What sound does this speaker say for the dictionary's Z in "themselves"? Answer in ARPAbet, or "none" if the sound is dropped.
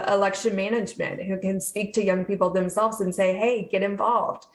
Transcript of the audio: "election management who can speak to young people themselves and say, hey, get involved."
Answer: Z